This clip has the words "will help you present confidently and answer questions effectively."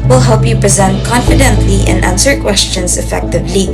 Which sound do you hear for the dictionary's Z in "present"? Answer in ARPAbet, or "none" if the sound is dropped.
Z